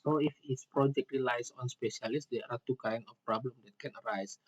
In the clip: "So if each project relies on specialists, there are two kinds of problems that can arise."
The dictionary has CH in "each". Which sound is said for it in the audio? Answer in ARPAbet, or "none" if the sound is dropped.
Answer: S